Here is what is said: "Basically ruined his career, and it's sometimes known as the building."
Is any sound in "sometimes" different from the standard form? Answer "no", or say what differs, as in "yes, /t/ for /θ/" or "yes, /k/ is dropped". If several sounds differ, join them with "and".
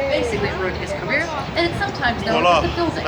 no